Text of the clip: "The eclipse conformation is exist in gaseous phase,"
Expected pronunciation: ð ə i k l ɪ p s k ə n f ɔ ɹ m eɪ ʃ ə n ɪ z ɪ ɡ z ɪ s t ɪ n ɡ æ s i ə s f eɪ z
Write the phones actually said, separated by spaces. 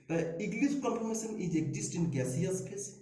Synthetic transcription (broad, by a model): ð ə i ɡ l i s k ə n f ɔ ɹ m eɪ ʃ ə n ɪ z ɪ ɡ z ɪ s t ɪ n ɡ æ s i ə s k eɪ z